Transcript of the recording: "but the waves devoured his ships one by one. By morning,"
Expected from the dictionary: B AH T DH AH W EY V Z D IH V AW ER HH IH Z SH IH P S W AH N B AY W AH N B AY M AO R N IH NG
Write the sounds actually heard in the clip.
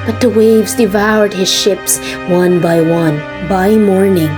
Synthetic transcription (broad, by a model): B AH T DH AH W EY V Z D IH V AW ER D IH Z SH IH P S W AH N B AY W AH N B AY M AO R N IH NG